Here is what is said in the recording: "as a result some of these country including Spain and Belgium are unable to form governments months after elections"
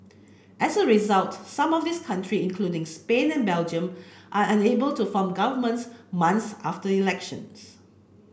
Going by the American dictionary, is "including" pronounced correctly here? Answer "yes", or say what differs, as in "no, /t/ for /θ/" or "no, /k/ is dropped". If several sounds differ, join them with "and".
yes